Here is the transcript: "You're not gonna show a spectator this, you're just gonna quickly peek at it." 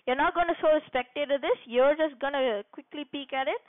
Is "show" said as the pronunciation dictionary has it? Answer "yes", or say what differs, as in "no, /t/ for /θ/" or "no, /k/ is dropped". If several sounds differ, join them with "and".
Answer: no, /s/ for /ʃ/